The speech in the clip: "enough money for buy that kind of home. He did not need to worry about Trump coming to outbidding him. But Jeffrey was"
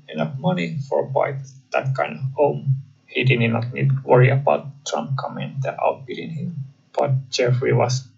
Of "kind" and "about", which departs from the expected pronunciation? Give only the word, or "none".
none